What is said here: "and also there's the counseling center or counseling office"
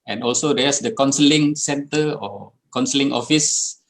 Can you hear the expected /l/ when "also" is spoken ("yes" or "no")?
yes